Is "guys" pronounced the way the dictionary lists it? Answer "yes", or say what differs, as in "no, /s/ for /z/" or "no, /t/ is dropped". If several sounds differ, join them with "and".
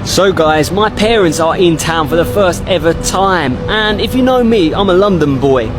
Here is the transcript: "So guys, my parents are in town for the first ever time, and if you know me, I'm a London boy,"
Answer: yes